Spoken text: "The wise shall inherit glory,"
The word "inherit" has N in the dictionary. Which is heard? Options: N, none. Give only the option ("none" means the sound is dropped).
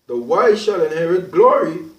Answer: N